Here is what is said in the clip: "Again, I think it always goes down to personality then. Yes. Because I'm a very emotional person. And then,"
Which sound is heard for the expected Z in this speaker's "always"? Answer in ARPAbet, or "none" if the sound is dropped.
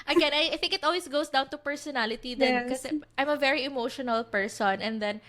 S